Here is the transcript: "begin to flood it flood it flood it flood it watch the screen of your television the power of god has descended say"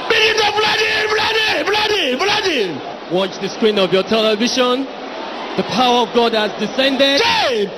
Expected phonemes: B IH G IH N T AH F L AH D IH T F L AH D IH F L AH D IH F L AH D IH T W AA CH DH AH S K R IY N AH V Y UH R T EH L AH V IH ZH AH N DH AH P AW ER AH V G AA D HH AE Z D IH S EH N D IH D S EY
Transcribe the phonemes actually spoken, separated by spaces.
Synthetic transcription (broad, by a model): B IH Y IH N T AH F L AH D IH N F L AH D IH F L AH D IH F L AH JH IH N W AA CH DH AH S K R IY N AH V Y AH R T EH L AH V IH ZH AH N DH AH P AW ER AH V G AA D HH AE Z D IH S EH N D IH D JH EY